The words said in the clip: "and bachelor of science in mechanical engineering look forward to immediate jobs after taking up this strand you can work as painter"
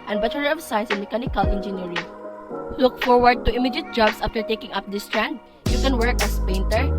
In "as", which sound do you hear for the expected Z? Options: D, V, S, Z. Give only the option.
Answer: S